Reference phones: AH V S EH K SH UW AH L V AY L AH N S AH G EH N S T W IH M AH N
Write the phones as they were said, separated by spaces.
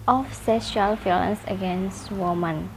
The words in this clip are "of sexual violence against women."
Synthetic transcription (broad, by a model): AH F S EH SH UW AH L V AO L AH N S AH G EH N S T W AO M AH N